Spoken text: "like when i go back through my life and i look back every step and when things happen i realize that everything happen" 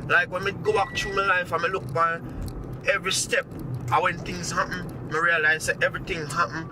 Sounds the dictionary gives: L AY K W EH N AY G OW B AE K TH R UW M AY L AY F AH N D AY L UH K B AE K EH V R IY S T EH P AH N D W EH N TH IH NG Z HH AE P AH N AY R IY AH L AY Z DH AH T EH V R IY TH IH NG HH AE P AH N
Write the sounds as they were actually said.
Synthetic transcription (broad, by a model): L AY K W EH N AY G OW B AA K T R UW M AY L AY F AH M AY L UH K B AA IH EH V R IY S T EH P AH W EH N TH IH NG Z HH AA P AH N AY R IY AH L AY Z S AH T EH V R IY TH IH NG HH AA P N